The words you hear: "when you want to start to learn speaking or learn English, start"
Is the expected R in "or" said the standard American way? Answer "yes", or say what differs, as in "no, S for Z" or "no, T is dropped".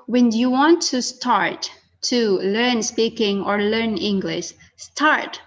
yes